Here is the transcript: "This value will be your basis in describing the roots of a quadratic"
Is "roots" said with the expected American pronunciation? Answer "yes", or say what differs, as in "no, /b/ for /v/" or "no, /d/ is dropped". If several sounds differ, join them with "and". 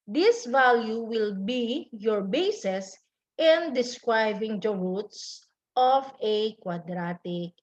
yes